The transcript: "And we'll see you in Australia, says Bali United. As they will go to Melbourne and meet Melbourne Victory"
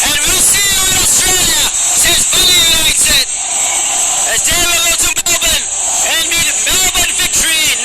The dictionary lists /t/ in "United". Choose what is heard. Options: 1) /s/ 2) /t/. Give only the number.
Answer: 1